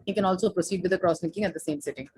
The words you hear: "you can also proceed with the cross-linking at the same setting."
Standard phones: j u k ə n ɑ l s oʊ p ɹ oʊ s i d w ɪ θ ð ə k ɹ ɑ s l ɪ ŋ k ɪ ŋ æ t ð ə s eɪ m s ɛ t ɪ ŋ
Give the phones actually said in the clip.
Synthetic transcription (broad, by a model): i k ə n ɑ l s oʊ p ɹ oʊ s i d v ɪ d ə k ɹ ɑ s n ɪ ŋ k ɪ ŋ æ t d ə s eɪ m s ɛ t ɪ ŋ